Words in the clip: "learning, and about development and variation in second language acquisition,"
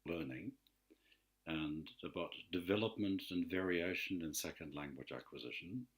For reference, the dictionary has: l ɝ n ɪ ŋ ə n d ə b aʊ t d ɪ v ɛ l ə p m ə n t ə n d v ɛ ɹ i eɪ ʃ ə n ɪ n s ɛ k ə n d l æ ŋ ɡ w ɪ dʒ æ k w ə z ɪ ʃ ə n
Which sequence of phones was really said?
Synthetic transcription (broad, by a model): l ɝ n ɪ ŋ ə n ə b aʊ t d ɪ v ɛ l ə p m ə n t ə n v ɛ ɹ i eɪ ʃ ə n ɪ n s ɛ k ə n d l æ ŋ ɡ w ɪ dʒ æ k w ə z ɪ ʃ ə n